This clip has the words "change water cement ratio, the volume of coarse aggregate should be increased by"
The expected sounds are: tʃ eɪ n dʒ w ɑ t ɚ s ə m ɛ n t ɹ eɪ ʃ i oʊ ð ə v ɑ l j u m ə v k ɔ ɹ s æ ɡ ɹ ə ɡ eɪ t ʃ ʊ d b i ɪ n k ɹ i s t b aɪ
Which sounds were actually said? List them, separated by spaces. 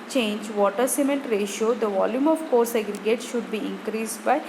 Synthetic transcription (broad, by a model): tʃ eɪ n dʒ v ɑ t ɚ s ə m ɛ n t ɹ eɪ ʃ i oʊ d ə v ɑ l j u m ə v k ɔ ɹ s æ ɡ ɹ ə ɡ eɪ t ʃ ʊ d b i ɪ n k ɹ i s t b aɪ